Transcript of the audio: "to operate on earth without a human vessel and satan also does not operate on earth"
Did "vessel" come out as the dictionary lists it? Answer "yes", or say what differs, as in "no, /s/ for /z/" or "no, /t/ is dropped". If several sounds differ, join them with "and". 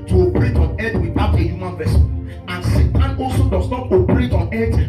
no, /n/ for /l/